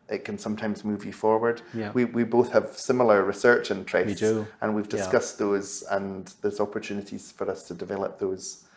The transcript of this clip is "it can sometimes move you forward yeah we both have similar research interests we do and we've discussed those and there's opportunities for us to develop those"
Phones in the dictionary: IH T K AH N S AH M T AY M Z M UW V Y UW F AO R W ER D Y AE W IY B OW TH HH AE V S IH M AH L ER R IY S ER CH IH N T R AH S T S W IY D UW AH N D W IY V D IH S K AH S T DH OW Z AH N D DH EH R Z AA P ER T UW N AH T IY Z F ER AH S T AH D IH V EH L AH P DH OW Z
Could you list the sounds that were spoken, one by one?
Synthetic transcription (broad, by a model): IH T K AH N S AH M T AY M Z M UW V Y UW F AO R W ER D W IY W IY B OW TH HH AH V S IH M L ER R IY S ER CH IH N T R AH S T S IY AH N W IY V D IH S K AH S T DH OW Z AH N DH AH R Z AA P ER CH UW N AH T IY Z F ER AH S T AH D IH V EH L AH P DH OW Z